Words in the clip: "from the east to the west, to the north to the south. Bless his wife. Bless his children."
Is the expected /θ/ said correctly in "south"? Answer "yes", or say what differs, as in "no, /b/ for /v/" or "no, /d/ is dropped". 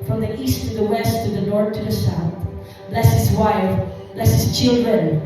yes